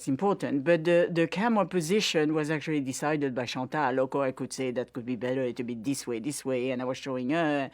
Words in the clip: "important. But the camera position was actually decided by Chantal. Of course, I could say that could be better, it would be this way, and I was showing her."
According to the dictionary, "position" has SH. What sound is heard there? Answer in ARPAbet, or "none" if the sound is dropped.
SH